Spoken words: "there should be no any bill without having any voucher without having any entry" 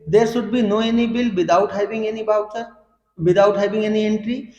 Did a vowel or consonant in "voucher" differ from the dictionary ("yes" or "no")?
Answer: yes